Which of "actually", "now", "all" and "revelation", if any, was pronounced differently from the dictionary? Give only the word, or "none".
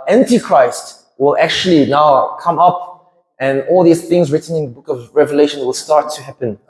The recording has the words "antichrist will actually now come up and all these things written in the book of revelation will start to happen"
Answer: none